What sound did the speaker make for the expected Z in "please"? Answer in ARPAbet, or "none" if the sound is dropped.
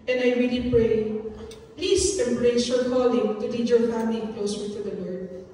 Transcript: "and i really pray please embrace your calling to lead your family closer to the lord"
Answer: S